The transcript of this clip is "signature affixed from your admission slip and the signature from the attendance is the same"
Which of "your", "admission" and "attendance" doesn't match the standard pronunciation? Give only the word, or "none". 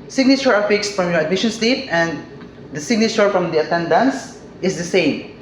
none